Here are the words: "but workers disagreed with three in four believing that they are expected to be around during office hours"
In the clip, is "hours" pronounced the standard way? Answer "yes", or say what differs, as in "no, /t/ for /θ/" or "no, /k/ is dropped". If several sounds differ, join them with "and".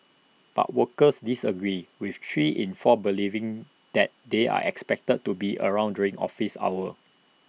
no, /z/ is dropped